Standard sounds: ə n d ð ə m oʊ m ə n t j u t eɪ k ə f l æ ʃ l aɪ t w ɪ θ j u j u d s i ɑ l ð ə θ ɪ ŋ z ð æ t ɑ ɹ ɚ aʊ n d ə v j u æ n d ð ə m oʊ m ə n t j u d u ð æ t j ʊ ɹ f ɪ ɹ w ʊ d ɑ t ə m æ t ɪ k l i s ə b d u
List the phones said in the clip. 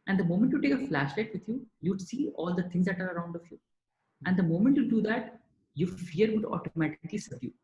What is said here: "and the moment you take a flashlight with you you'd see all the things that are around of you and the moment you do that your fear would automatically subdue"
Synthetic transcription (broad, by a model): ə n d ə m oʊ m ə n t j u t eɪ k ə f l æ ʃ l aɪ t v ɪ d j u j u d s i ɑ l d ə t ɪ ŋ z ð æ t ɑ ɹ ɚ aʊ n d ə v j u æ n d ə m oʊ m ə n t j u d u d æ t j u f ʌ ɹ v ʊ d ɑ t ə m æ t ɪ k l i s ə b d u